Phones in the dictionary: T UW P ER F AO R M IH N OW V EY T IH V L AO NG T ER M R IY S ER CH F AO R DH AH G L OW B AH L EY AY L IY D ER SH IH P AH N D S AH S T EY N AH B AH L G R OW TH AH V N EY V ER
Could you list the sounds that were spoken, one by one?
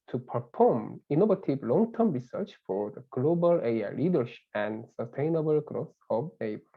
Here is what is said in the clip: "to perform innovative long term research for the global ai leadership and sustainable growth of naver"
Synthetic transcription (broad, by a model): T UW P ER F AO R M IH N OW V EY T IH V L AO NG T ER M R IY S ER CH F AO R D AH G L OW B AH L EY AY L IY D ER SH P AH N D S AH S T EY N AH B AH L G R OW S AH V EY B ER